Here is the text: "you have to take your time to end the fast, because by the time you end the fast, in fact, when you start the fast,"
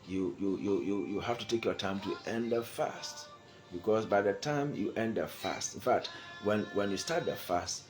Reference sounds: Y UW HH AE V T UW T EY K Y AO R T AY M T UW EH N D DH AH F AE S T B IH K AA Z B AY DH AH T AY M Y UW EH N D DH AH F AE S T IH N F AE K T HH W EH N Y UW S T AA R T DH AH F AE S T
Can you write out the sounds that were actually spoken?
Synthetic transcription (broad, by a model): Y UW HH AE F T UW T EY K Y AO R T AY M T UW EH N D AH F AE S T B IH K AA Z B AY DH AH T AY M Y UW EH N D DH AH F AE S T IH N F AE K T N W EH N Y UW S T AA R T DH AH F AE S T